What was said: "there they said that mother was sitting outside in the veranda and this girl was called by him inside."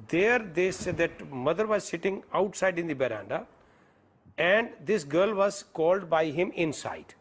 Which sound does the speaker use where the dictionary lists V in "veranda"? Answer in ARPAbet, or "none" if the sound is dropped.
B